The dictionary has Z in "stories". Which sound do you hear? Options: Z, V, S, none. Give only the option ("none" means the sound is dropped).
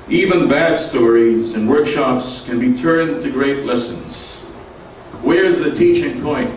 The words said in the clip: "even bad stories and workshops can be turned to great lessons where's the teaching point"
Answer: Z